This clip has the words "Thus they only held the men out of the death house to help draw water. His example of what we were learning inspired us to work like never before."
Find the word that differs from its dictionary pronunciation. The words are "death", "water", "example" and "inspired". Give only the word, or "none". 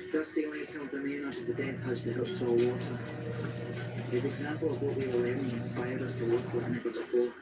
none